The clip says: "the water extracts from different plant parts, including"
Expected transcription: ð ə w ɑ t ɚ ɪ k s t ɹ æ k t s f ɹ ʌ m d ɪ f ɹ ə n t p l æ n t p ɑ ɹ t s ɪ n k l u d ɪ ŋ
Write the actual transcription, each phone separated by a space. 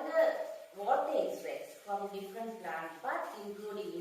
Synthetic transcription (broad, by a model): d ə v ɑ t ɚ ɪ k s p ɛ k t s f ɹ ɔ m d ɪ f ɹ ə n t p l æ n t b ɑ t ɪ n k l u d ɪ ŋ